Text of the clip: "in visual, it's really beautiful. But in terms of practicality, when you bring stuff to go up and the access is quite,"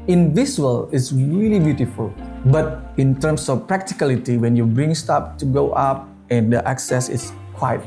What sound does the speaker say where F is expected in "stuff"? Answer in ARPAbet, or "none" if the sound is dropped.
P